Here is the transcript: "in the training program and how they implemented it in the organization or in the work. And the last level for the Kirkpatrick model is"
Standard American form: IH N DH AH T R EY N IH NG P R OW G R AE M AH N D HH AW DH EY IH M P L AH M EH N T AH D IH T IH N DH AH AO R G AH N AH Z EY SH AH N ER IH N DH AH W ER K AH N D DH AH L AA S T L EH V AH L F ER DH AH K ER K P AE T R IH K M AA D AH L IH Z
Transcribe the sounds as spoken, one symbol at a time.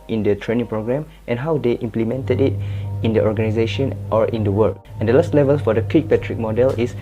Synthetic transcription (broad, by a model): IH N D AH T R EY N IH NG P R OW G R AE M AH N HH AW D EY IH M P L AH M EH N T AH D IH T IH N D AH AO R G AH N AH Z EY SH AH N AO IH N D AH W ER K AH N D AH L AA S T L EH V AH L F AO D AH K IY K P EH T R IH K M AA D AH L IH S